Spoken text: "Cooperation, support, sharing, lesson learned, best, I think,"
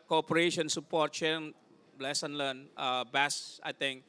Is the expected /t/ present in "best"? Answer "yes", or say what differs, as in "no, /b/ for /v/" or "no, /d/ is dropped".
no, /t/ is dropped